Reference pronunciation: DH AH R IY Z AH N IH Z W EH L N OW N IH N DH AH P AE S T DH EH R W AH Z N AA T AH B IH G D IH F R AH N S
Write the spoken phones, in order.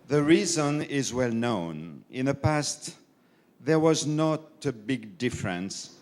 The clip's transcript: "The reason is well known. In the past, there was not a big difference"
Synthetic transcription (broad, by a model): DH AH R IY Z AH N IH Z W EH L N OW N IH N DH AH P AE S T DH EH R W AH Z N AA T AH B IH G D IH F R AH N S